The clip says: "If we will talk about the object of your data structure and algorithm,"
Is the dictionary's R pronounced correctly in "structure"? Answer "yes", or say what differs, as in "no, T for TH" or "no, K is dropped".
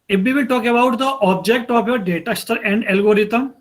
no, R is dropped